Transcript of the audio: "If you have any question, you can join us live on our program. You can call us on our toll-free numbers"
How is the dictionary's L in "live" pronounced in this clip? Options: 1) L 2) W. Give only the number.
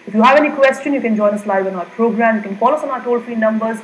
1